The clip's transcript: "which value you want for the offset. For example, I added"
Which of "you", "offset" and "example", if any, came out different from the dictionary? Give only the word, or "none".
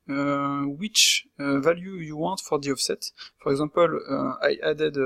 example